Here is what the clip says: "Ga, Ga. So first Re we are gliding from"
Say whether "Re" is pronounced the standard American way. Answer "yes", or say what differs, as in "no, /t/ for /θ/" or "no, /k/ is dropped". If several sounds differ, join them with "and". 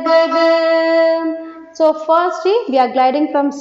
no, /l/ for /ɹ/